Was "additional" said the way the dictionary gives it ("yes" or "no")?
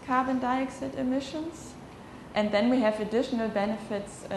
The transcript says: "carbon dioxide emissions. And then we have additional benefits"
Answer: yes